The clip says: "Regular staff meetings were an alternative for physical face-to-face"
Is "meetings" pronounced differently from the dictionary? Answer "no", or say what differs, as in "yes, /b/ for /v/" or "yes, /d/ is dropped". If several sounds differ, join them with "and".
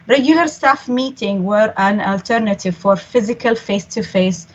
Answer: yes, /z/ is dropped